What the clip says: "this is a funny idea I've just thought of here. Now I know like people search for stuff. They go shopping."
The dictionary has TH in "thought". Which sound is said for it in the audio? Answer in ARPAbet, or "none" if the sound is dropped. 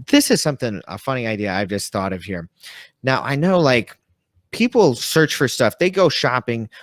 TH